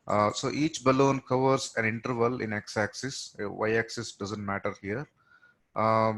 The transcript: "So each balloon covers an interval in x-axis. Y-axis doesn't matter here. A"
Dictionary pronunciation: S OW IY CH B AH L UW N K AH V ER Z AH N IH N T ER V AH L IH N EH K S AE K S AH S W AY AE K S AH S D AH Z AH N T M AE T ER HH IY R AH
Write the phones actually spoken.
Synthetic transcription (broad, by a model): S OW IY CH B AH L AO N K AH V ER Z AH N IH N T ER V AH L IH N EH K S AE K S AH S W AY AE K S AH S D AH Z AH N T M AE T ER HH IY R